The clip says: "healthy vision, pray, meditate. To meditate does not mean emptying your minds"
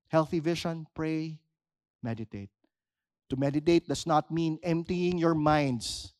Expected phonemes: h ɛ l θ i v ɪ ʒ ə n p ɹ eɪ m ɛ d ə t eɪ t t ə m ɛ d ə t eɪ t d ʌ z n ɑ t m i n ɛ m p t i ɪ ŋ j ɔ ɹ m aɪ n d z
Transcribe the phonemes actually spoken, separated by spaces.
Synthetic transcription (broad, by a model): h ɛ l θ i v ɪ ʃ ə n p ɹ eɪ m ɛ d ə t eɪ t t ə m ɛ d ə t eɪ t d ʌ s n ɑ t m i n ɛ m p t i ɪ ŋ j ɔ ɹ m aɪ n d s